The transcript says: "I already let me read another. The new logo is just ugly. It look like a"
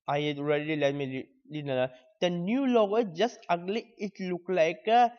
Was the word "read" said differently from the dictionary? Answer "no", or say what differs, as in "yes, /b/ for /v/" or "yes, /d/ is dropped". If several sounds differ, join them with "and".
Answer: yes, /l/ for /ɹ/